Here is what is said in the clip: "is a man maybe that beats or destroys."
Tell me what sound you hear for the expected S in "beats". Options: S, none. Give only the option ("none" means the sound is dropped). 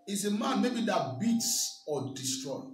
S